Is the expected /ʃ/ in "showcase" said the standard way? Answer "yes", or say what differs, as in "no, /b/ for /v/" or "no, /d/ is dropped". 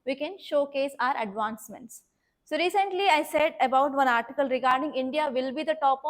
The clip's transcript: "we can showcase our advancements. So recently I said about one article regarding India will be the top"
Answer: yes